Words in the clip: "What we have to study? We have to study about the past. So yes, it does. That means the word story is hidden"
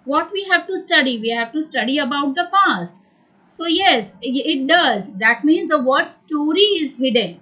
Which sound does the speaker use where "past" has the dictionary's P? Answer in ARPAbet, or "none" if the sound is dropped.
F